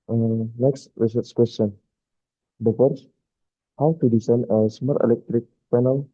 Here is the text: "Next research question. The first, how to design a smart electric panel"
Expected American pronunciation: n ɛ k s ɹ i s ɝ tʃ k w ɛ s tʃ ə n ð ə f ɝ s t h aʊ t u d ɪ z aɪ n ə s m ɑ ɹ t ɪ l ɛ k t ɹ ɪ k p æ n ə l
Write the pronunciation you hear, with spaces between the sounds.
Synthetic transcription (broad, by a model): n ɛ k s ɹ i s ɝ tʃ k w ɛ s tʃ ə n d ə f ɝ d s h aʊ t u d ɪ s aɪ n ə s m ɑ ɹ t ɪ l ɛ k t ɹ ɪ k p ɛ n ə l